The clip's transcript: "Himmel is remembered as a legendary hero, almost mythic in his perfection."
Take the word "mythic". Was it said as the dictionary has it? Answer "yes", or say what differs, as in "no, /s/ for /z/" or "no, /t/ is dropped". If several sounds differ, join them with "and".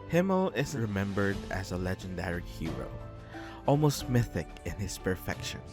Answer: yes